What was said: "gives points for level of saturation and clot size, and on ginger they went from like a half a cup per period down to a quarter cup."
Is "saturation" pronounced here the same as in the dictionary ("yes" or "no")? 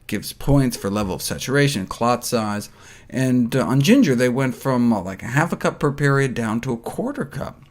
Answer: no